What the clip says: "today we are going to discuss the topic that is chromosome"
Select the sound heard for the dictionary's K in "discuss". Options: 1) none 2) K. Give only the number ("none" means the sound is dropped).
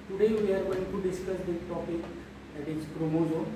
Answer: 2